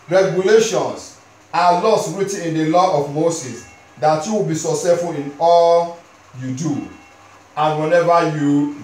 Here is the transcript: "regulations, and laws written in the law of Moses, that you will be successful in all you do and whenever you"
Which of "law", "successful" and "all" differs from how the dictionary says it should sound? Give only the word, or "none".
successful